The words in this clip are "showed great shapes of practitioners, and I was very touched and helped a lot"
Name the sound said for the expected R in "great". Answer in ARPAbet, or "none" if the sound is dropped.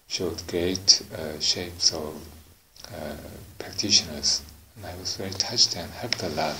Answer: none